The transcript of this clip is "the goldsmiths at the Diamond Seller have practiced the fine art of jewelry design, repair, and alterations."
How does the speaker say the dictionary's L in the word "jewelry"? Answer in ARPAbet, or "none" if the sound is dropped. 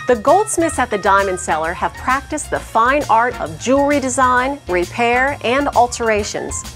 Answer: none